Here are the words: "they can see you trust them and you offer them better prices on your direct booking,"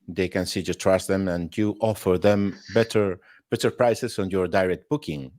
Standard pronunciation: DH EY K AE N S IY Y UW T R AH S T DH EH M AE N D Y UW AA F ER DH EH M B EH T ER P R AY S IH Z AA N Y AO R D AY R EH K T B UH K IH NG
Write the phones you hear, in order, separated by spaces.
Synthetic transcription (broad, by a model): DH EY K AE N S IY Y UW T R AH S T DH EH M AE N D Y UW AA F ER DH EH M B EH T ER P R AY S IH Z AA N Y AO R D AY R EH K T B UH K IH NG